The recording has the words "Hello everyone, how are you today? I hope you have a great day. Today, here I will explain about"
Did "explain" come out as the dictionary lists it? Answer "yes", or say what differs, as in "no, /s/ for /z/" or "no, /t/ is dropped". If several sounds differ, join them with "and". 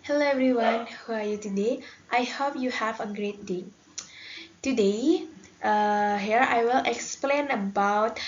yes